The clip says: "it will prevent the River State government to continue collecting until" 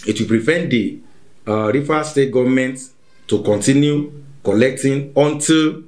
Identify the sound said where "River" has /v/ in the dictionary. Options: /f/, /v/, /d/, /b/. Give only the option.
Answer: /f/